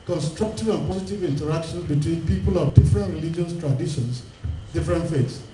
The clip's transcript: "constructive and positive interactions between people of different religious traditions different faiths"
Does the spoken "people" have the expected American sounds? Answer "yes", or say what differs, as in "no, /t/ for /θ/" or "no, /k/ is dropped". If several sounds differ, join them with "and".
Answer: yes